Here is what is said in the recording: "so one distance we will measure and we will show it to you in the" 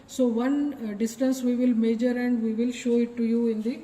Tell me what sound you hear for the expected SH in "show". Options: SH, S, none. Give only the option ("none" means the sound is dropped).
SH